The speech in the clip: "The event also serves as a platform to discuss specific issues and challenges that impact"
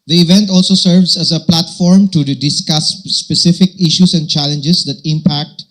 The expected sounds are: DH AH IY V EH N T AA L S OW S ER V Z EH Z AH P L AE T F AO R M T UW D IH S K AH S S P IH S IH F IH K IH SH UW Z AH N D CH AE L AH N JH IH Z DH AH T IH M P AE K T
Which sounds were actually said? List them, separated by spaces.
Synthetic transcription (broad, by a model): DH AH IY V EH N T AA L S OW S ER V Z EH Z AH P L AE T F AO R M T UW D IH S K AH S S P IH S IH F IH K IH SH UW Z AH N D CH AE L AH N JH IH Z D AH T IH M P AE K T